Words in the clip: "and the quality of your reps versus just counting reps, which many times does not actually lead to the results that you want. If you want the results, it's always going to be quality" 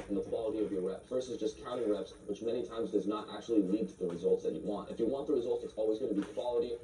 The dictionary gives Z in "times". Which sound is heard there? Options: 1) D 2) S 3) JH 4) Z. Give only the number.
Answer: 4